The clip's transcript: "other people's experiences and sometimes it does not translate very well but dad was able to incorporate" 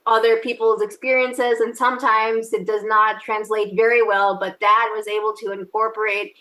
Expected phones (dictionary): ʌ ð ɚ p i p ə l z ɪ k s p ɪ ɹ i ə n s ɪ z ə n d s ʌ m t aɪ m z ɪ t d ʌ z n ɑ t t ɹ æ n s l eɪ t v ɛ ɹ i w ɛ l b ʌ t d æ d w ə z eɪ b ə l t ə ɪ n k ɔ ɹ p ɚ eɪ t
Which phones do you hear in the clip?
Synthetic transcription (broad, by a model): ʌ ð ɚ p i p l z ɪ k s p ɪ ɹ i ə n s ɪ z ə n s ʌ m t aɪ m z ɪ t d ʌ z n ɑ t t ɹ æ n s l eɪ t v ɛ ɹ i w ɛ l b ʌ t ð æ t w ə z eɪ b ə l t ə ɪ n k ɔ ɹ p ɚ eɪ t